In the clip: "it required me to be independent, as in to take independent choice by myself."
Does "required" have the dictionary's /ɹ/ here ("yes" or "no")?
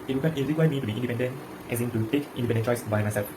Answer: no